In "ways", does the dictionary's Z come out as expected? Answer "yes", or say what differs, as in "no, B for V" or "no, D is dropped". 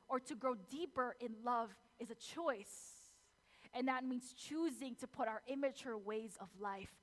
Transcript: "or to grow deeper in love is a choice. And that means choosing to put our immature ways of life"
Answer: yes